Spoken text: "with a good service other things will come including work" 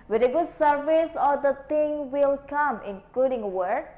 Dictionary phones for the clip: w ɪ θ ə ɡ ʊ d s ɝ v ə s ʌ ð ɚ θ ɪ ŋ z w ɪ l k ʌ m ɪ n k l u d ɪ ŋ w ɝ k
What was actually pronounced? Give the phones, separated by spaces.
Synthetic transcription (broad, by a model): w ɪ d ə ɡ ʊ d s ɝ v ə s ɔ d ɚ t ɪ ŋ w ɪ l k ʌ m ɪ n k l u d ɪ ŋ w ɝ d